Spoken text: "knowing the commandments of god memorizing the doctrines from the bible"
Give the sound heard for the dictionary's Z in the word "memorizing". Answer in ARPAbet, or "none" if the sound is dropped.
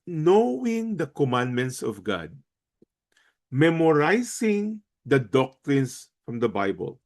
S